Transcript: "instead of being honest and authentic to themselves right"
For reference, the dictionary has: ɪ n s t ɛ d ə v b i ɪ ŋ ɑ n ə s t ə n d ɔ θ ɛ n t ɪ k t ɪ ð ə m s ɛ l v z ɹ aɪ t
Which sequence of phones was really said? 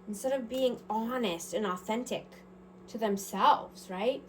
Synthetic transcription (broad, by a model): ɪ n s t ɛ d ə v b i ɪ ŋ ɑ n ə s t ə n ɔ θ ɛ n t ɪ k t ɪ ð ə m s ɛ l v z ɹ aɪ t